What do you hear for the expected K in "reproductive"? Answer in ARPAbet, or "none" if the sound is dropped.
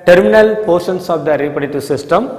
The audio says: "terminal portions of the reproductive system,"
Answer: none